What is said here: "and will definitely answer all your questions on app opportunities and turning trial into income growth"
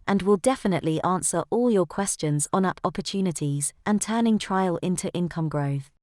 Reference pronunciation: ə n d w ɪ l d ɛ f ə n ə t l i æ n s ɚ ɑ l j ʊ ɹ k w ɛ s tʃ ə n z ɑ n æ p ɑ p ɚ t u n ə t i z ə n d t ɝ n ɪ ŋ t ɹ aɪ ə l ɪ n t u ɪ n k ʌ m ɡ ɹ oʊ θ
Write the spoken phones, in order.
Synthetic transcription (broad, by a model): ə n w ɪ l d ɛ f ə n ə t l i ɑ n s ɚ ɑ l j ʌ k w ɛ s tʃ ə n z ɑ n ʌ p ɑ p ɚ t u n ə t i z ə n t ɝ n ɪ ŋ t ɹ aɪ ə l ɪ n t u ɪ n k ʌ m ɡ ɹ oʊ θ